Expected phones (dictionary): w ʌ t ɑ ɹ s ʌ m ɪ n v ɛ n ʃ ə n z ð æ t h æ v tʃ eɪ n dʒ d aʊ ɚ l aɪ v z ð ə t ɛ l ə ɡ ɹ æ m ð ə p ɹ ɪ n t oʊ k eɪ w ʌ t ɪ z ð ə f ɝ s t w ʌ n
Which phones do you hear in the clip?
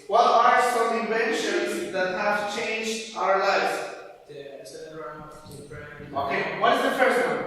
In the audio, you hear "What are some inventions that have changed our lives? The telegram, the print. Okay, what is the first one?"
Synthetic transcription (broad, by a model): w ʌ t ɑ ɹ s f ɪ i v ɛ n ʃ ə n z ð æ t h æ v tʃ eɪ n dʒ aʊ ɚ l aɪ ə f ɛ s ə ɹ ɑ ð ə oʊ k eɪ w ʌ t ɪ z ð ə f ɝ s t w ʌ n